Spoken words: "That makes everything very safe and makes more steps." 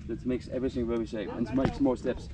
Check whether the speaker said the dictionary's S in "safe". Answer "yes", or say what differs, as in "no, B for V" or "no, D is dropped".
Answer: no, SH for S